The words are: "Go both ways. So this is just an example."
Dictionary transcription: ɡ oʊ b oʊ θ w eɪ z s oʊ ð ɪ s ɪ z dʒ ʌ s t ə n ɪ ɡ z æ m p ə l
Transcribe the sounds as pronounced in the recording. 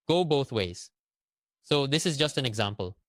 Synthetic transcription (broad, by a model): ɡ oʊ b oʊ θ w eɪ z s oʊ ð ɪ s ɪ z dʒ ʌ s t ə n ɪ ɡ z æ m p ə l